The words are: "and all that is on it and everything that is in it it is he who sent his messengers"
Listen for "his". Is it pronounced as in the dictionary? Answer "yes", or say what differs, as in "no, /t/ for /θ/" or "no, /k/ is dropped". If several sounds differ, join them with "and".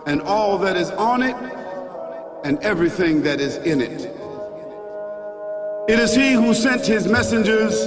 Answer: yes